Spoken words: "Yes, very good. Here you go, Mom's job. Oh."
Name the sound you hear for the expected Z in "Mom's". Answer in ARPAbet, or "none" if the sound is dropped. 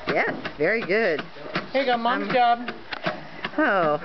none